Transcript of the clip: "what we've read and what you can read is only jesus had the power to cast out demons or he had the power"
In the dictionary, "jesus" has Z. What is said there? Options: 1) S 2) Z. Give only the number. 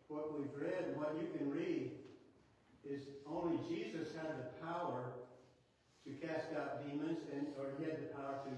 2